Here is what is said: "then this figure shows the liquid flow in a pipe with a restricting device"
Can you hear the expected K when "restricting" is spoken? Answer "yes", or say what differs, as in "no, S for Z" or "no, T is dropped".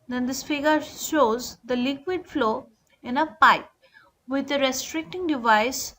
yes